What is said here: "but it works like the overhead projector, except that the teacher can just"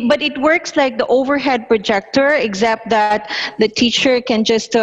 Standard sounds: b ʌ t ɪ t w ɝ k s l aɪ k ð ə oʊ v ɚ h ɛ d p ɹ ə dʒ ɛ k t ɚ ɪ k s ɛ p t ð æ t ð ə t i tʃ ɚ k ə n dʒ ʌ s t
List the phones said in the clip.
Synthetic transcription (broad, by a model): b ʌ t ɪ t w ɝ k s l aɪ k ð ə oʊ v ɚ h ɛ d p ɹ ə dʒ ɛ k t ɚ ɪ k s ɛ p t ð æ t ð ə t i tʃ ɚ k ə n dʒ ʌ s t